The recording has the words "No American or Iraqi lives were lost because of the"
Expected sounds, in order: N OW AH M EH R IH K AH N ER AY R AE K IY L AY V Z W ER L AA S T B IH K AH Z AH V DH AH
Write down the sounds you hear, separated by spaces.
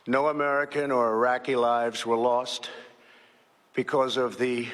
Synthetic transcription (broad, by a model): N OW AH M EH R IH K AH N ER R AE K IY L AY V Z W ER L AA S T B IH K AH Z AH V DH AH